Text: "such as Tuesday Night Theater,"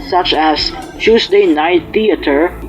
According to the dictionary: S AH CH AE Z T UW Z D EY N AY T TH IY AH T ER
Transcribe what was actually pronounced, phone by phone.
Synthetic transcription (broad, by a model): S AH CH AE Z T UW S D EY N AY T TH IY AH T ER